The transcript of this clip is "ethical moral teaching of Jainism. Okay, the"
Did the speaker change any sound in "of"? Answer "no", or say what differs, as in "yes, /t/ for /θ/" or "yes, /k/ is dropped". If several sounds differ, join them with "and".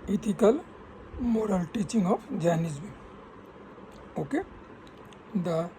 yes, /p/ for /v/